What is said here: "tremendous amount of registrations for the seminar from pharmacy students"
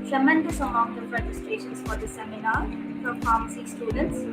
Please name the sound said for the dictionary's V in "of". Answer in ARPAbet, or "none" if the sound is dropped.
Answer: P